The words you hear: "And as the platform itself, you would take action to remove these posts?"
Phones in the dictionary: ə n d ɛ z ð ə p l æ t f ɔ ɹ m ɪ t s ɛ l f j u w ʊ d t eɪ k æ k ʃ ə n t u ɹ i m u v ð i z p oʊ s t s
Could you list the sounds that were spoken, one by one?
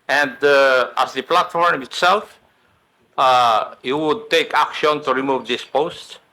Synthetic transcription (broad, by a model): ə n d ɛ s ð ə p l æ t f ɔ ɹ m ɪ t s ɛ l f j u w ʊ d t eɪ k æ k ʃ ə n t u ɹ i m u v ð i s p oʊ s t